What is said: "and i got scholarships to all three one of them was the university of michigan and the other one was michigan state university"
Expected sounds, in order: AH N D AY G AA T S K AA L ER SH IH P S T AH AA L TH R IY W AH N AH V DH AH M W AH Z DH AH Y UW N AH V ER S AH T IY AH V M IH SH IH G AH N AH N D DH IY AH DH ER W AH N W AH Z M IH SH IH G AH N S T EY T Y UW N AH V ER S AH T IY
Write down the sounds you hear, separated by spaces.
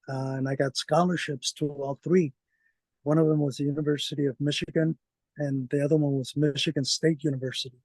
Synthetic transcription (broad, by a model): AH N AY G AA T S K AA L ER SH IH P S T AH AA L TH R IY W AH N AH V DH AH M W AH Z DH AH Y UW N AH V ER S AH T IY AH V M IH SH IH G AH N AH N DH IY AH DH ER W AH N W AH Z M IH SH IH G AH N S T EY T Y UW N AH V ER S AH T IY